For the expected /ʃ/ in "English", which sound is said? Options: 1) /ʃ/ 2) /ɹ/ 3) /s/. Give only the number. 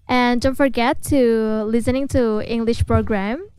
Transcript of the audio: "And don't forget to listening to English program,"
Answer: 1